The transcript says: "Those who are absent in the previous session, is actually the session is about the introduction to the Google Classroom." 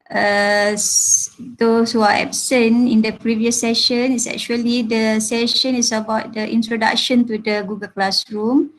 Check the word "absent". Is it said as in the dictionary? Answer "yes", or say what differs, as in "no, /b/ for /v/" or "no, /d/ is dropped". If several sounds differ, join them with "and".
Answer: no, /t/ is dropped